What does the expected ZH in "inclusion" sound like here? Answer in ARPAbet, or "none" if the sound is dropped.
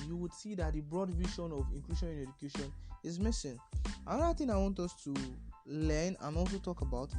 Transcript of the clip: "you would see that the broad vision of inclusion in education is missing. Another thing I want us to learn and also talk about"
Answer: SH